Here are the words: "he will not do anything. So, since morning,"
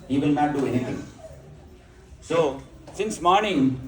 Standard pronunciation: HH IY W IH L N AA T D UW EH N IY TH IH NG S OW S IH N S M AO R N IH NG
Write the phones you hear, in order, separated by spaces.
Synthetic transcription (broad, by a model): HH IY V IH L N AA T D UW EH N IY T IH NG S OW S IH N S M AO R N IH NG